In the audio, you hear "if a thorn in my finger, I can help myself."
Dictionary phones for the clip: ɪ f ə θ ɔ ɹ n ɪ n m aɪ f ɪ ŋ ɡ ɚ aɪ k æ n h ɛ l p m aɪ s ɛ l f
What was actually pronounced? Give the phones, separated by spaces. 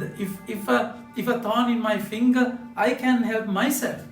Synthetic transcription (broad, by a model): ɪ f ə f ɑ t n ɪ n m aɪ f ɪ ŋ ɡ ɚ aɪ k æ n h ɛ l p m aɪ s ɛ l f